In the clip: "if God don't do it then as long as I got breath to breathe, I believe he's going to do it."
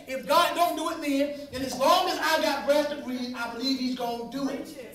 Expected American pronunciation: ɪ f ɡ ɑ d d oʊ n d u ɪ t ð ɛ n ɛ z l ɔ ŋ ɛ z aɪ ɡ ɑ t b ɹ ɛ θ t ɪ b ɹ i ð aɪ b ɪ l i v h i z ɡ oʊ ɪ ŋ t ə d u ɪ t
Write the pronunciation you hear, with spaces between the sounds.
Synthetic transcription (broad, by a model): ɪ f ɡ ɑ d d oʊ n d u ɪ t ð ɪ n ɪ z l ɔ ŋ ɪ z aɪ ɡ ɑ t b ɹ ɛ s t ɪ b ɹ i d aɪ b ɪ l i v h i z ɡ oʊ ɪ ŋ d u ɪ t